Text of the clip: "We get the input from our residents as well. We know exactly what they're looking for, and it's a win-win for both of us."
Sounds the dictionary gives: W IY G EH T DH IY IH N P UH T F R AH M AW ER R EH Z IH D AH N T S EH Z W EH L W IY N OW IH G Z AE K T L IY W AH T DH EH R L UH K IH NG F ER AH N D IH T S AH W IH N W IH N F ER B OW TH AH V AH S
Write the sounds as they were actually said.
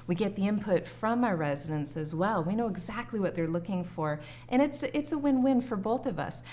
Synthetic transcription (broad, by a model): W IY G EH T DH IY IH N P UH T F R AH M AW ER R EH Z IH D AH N S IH Z W EH L W IY N OW IH G Z AE K T L IY W AH T DH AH R L UH K IH NG F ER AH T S IH T S AH W IH N W IH N F ER B OW TH AH V AH S